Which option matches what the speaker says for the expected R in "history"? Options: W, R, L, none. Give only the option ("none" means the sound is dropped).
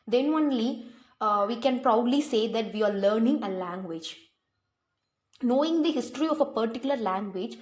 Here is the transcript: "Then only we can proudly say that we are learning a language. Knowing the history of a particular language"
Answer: R